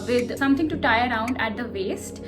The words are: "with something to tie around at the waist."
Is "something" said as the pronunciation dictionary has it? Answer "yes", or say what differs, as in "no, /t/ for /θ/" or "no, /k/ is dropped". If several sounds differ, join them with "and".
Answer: no, /t/ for /θ/